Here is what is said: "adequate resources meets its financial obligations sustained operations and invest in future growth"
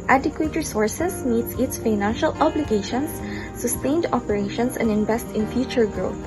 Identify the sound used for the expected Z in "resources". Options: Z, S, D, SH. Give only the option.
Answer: S